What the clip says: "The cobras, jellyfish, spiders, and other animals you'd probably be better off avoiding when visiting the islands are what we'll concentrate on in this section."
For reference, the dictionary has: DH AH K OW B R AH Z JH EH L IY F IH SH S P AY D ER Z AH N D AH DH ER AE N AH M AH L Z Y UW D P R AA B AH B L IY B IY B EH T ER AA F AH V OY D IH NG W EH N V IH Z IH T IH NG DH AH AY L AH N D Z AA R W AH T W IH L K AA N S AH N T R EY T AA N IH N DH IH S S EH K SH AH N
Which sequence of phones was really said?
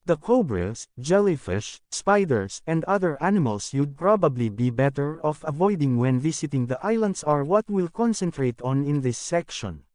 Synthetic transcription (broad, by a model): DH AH K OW B R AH S JH EH L IY F IH SH S P AY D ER S AH N D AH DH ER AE N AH M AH L S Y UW D P R AA B AH B L IY B IY B EH T ER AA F AH V OY D IH NG W EH N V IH S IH T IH NG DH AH AY L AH N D S AA R W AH T W IH L K AA N S AH N T R EY T AA N IH N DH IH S S EH K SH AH N